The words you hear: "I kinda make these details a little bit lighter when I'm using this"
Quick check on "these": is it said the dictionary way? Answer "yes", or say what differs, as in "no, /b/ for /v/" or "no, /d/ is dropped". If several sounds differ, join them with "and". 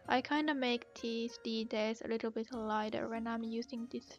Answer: no, /s/ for /z/